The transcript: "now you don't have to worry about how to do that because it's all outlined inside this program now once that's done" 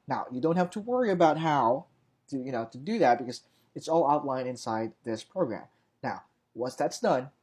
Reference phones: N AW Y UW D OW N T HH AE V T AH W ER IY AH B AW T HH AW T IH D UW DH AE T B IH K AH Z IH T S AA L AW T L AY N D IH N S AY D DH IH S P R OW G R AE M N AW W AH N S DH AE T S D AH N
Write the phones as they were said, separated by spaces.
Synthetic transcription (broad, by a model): N AW Y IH D OW N T HH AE F T AH W ER IY AH B AW T HH AW T IH D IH DH AE T B IH K AH Z IH T S AA L AW T L AY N IH N S AY D DH IH S P R OW G R AE M N AW W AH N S DH AE T S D AH N